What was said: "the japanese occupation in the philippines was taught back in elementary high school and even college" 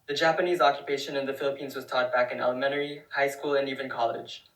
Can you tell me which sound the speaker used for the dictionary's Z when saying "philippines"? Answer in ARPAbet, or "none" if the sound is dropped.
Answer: Z